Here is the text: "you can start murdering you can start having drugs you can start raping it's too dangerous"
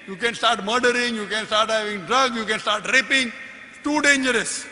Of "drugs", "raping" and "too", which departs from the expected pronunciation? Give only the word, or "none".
drugs